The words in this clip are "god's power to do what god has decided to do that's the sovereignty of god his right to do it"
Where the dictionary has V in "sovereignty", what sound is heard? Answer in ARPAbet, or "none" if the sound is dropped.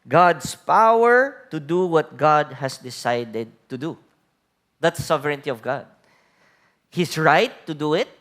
none